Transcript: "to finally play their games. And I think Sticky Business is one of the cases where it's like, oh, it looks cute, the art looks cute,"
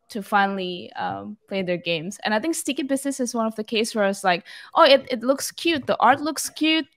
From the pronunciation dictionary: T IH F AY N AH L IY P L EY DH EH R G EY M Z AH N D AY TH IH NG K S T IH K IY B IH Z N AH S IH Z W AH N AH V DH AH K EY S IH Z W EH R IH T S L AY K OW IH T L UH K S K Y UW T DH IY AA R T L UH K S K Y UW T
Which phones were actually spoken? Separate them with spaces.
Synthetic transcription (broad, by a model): T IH F AY N L IY P L EY DH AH R G EY M Z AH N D AY TH IH NG K S T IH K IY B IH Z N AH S IH Z W AH N AH V DH AH K EY IH S W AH R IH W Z L AY K OW IH T L UH K S K Y UW T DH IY AA R T L UH K S K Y UW T